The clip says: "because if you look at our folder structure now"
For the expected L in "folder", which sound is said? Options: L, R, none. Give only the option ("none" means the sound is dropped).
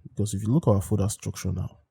none